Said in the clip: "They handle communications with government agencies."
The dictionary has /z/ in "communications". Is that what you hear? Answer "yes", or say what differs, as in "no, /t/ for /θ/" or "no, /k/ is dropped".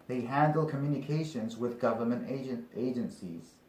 yes